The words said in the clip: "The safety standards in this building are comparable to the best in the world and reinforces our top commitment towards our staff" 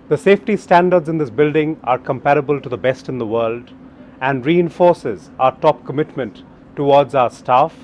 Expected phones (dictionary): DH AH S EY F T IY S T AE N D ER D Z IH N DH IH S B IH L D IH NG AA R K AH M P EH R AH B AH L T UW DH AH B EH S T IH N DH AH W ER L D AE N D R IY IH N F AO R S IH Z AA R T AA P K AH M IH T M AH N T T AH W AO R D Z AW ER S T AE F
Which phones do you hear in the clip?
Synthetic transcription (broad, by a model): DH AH S EY F T IY S T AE N D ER D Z IH N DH IH S B IH L D IH NG AA R K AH M P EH R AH B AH L T UW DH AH B EH S T IH N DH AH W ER L D AE N D R IY IH N F AO R S IH Z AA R T AA P K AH M IH T M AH N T T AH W AO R D Z AW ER S T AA F